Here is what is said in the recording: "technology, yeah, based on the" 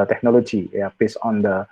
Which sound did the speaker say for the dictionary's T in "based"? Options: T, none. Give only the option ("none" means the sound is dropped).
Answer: none